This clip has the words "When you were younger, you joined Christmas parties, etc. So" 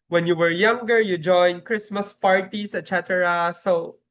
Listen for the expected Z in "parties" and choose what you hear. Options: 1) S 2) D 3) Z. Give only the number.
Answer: 1